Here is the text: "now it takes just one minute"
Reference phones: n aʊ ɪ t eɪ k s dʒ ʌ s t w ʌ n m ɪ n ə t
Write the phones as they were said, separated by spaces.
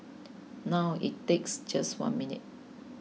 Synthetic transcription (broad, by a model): n aʊ ɪ t eɪ k s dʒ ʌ s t w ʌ n m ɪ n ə t